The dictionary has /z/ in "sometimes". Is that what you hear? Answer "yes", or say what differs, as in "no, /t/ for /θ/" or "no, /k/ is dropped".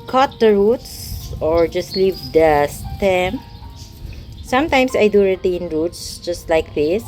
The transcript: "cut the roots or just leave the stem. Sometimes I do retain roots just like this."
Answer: no, /s/ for /z/